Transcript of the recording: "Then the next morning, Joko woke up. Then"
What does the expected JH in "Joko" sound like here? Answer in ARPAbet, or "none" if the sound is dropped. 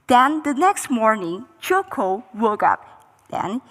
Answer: CH